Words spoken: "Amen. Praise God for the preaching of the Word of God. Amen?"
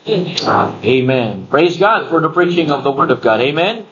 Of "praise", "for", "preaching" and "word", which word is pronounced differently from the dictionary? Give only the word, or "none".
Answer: none